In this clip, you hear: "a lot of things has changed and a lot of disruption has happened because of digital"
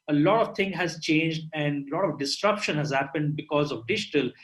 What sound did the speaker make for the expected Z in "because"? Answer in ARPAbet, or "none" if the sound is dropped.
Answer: Z